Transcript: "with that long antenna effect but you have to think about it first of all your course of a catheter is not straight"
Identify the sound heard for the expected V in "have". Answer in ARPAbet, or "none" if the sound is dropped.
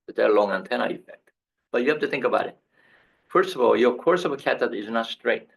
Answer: F